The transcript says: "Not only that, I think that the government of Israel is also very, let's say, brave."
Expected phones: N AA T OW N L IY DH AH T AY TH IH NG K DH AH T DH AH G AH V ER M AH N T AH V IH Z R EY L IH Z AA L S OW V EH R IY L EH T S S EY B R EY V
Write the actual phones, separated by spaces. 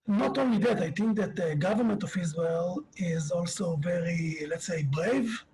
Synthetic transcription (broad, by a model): N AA T OW N L IY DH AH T AY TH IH NG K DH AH T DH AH G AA V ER M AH N T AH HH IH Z W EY L IH Z AA L S OW V EH R IY L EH T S S EY B R EY V